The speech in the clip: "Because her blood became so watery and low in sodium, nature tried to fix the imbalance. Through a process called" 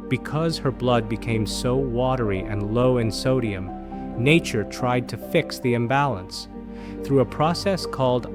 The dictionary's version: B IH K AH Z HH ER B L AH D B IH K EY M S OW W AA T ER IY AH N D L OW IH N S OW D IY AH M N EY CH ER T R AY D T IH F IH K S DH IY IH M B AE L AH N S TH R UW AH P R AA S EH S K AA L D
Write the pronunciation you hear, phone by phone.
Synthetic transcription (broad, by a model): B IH K AH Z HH ER B L AH D B IH K EY M S OW W AA T ER IY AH N L OW IH N S OW D IY AH M N EY CH ER T R AY D T IH F IH K S DH IY IH M B AE L AH N S TH R UW AH P R AA S EH S K AA L D